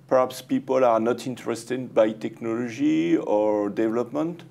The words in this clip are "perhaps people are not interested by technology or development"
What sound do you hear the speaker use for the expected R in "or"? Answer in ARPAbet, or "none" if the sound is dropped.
R